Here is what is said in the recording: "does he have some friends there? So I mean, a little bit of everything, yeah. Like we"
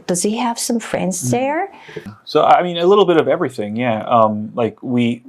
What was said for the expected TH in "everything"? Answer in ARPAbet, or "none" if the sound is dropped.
TH